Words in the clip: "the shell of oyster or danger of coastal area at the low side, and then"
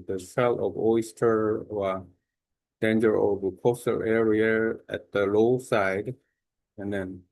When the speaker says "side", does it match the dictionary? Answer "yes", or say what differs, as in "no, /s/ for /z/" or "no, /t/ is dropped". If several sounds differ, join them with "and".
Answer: yes